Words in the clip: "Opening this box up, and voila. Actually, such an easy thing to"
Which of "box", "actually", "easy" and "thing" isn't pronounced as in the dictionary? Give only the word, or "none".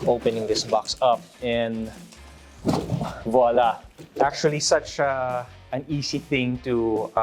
easy